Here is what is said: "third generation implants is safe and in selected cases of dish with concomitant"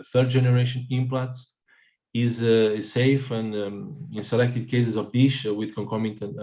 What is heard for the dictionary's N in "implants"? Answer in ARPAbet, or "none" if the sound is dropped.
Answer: none